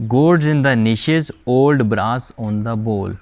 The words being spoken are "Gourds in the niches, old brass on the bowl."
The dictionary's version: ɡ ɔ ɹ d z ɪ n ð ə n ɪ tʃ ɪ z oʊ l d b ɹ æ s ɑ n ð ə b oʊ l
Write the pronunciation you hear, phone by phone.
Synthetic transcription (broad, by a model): ɡ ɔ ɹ d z ɪ n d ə n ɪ ʃ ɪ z oʊ l d b ɹ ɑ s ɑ n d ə b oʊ l